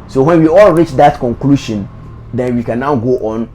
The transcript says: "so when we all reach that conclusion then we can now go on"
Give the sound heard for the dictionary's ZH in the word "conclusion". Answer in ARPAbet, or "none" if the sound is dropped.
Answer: SH